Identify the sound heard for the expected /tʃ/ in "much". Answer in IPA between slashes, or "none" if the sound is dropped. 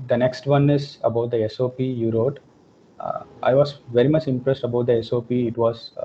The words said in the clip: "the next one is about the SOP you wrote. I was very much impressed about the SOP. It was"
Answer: /tʃ/